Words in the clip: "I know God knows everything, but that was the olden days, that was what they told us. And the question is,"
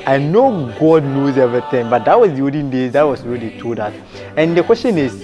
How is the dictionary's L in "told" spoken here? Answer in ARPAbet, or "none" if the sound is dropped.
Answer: none